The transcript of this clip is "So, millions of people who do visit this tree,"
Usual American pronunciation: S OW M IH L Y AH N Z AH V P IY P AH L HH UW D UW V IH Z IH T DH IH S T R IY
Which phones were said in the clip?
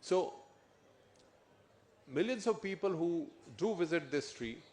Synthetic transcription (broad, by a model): S OW M IH L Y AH N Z AH V P IY P AH L HH UW D UW V IH Z IH T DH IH S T R IY